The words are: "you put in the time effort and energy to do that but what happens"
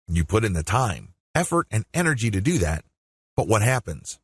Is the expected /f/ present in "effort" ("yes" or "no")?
yes